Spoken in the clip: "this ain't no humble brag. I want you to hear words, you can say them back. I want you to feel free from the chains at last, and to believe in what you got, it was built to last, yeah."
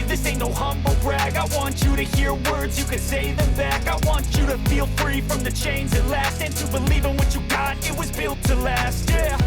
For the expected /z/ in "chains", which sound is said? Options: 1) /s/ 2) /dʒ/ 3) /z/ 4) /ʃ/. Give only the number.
3